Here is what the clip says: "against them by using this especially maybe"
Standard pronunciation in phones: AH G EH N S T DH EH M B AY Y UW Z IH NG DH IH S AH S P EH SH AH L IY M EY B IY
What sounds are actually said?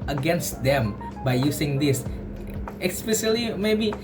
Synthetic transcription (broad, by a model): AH G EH N S T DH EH M B AY Y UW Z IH NG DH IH S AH S P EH S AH L IY M EY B IY